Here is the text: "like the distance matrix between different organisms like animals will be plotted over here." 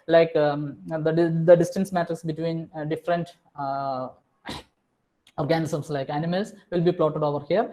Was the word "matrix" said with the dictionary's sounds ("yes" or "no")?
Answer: no